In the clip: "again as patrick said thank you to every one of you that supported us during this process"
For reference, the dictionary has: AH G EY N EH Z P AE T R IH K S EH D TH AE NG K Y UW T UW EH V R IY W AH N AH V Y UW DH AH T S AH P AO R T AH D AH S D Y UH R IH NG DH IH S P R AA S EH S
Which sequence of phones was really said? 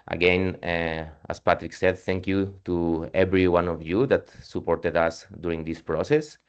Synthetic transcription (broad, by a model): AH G EY N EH S P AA T R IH K S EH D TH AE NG K Y UW T UW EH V R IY W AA N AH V Y UW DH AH T S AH P AO R T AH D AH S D Y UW R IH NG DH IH S P R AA S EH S